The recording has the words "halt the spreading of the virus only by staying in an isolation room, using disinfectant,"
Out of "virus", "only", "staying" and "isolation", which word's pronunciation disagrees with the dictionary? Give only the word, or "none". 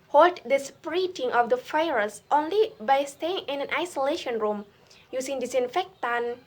virus